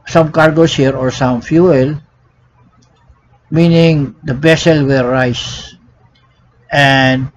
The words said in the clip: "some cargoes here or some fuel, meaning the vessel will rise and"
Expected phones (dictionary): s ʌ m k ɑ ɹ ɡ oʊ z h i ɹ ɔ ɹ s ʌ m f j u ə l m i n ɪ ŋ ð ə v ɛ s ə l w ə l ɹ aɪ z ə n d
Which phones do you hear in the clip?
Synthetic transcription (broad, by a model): s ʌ m k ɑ ɹ ɡ oʊ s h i ɹ ɔ ɹ s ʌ m f j u ə l m i n ɪ ŋ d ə b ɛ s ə l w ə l ɹ aɪ s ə n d